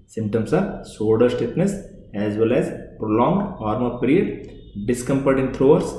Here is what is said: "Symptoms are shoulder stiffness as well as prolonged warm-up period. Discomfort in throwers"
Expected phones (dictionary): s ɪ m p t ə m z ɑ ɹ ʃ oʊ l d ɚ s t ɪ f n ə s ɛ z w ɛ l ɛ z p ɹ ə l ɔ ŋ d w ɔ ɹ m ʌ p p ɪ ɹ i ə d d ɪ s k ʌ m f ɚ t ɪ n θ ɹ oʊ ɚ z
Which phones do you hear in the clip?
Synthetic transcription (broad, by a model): s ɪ m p t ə m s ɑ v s oʊ d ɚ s t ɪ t n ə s ɛ z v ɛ l ɛ z p ɹ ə l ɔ ŋ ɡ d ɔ ɹ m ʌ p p ɹ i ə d d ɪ s k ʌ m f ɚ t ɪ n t ɹ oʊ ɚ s